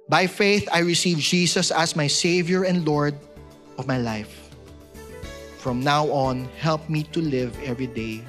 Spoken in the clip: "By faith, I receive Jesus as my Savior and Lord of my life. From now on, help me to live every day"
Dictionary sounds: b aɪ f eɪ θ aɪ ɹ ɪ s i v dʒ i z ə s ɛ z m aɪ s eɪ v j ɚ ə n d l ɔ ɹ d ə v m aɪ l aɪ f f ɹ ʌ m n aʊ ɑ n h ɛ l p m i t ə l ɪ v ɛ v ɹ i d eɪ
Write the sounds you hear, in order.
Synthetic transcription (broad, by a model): b aɪ f eɪ θ aɪ ɹ ɪ s i v dʒ i s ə s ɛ s m aɪ s eɪ v j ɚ ə n d l ɔ ɹ d ə v m aɪ l aɪ f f ɹ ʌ m n aʊ ɑ n h ɛ l p m i t ə l ɪ v ɛ v ɹ i d eɪ